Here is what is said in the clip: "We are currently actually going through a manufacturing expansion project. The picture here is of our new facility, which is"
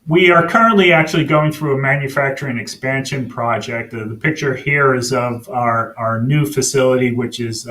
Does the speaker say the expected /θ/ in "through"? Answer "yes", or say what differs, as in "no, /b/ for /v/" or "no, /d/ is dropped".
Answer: yes